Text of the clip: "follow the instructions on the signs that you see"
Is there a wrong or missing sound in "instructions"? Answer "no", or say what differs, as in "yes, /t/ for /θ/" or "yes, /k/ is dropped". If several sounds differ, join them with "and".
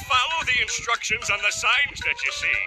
no